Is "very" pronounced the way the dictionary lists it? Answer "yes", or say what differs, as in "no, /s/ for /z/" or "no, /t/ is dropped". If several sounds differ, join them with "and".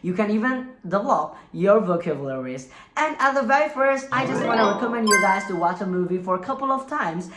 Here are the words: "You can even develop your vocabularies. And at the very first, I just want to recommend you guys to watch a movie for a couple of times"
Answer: yes